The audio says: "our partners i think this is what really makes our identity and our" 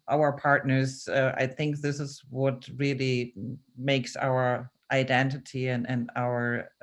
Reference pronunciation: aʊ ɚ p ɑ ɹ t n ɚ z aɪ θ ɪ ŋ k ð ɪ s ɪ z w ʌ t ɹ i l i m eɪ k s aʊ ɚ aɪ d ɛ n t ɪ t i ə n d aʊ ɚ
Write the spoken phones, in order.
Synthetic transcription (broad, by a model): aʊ ɚ p ɑ ɹ t n ɚ z aɪ θ ɪ ŋ k ð ɪ s ɪ z w ʌ t ɹ i l i m eɪ k s aʊ ɚ aɪ d ɛ n t ɪ t i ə n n aʊ ɚ